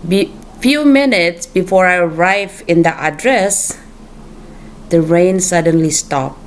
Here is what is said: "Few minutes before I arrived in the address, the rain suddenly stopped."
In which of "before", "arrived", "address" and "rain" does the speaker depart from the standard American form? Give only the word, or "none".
arrived